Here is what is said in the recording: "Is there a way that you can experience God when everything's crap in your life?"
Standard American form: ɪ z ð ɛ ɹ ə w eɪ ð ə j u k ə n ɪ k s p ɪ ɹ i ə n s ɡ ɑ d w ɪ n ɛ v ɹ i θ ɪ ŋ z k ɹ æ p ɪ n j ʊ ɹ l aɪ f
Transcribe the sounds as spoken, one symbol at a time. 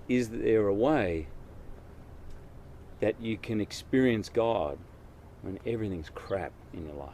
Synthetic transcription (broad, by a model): ɪ z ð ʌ ɹ ə w eɪ ð ə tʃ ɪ k ə n ɪ k s p ɪ ɹ i ə n s ɡ ɑ d w ɪ n ɛ v ɹ i θ ɪ ŋ z k ɹ æ p ɪ n j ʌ ɹ l aɪ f